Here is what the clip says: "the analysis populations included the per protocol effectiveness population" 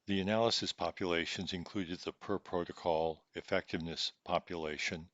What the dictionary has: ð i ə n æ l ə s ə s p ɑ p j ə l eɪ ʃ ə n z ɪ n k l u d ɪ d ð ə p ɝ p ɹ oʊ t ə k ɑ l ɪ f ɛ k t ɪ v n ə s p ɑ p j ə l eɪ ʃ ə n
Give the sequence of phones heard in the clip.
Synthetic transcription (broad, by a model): ð i ə n æ l ə s ə s p ɑ p j ə l eɪ ʃ ə n z ɪ n k l u d ɪ d ð ə p ɝ p ɹ oʊ t ə k ɑ l ɪ f ɛ k t ɪ v n ə s p ɑ p j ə l eɪ ʃ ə n